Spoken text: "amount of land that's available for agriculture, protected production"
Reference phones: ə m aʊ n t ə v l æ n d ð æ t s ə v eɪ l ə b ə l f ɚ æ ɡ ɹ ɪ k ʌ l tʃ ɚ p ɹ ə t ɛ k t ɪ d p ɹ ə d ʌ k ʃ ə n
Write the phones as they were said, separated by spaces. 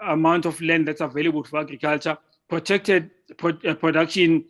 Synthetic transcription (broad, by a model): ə m aʊ n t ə f l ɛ n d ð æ t s ə v eɪ l ə b ə l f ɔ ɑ ɡ ɹ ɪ k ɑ l tʃ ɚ p ɹ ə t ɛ k t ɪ d p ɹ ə d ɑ k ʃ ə n